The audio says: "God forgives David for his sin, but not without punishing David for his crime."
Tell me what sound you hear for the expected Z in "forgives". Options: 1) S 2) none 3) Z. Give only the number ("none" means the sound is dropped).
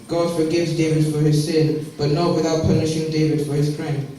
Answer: 3